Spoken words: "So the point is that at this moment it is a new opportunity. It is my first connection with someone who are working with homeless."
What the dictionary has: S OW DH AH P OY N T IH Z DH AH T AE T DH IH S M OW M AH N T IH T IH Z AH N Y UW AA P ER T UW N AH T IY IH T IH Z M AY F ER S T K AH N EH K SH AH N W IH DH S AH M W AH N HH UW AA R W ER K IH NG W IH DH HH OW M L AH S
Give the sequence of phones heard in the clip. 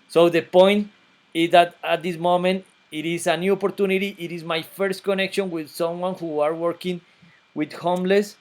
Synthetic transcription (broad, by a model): S OW DH AH P OY N T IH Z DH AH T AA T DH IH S M OW M AH N T IH T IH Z AH N Y UW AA P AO T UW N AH T IY IH T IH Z M AY F ER S T K AH N EH K SH AH N W IH DH S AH M W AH N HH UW AA R W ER K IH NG W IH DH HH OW M L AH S